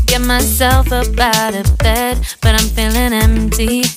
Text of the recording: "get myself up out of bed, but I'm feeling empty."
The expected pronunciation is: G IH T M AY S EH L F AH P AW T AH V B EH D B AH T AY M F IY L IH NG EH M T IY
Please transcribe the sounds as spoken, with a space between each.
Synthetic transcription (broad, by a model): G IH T M AY S EH L F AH B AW T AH B EH D B AH T AY M F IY L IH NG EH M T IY